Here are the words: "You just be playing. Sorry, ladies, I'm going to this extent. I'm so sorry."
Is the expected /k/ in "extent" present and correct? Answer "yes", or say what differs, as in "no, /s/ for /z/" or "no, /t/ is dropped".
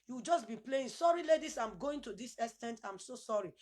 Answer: no, /k/ is dropped